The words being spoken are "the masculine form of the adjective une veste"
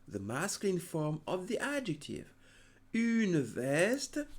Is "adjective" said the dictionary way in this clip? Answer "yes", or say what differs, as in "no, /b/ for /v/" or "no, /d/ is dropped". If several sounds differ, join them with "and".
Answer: yes